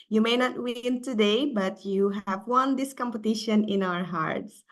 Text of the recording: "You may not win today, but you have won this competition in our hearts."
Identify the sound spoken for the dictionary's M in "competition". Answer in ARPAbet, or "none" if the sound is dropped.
M